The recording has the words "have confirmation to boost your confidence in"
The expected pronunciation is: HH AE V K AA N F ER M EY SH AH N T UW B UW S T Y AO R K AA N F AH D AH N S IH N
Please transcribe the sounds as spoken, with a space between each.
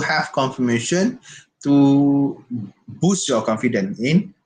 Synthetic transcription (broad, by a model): HH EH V K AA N F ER M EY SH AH N T UW B UW S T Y AO K AA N F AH D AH N IH N